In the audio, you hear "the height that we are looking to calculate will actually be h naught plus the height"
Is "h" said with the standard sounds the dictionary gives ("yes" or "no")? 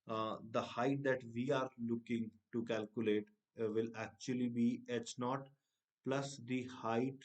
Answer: no